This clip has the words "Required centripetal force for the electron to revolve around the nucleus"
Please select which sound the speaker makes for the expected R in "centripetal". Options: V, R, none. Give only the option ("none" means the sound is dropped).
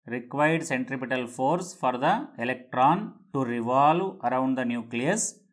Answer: R